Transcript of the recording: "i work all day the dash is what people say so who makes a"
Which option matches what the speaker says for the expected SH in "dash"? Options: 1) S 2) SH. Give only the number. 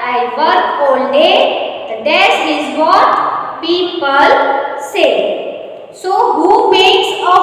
1